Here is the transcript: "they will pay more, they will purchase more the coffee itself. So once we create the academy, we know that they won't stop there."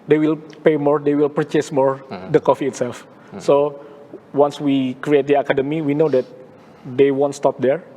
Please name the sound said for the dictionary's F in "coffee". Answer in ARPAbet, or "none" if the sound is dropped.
F